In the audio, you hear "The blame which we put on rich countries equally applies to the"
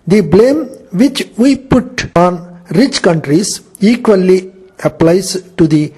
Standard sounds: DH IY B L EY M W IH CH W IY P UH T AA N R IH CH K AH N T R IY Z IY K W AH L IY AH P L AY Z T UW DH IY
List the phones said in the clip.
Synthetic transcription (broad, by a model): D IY B L EY M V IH CH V IY P UH T AA N R IH CH K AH N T R IY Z IY K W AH L IY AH P L AY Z T UW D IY